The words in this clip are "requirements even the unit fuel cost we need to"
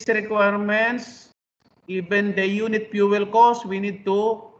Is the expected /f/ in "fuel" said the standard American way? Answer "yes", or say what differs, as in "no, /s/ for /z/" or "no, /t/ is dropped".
no, /p/ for /f/